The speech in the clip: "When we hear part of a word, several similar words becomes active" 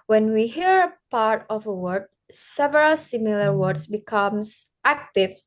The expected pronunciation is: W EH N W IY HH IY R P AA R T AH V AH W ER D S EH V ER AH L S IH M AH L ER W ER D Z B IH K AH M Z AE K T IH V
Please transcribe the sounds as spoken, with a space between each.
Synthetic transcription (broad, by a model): W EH N W IY HH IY R P AA R T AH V AH W ER D S EH V ER AH L S IH M AH L ER W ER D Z B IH K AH M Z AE K T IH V